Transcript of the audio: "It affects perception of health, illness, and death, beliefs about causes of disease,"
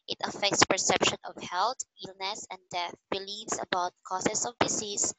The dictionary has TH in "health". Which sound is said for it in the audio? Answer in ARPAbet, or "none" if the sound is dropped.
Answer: T